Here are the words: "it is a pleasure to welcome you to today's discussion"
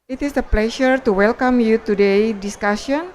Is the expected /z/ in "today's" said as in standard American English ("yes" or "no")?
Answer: no